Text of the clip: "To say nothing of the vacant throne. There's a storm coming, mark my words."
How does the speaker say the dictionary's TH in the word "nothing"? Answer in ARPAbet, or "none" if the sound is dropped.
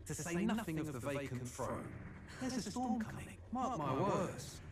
TH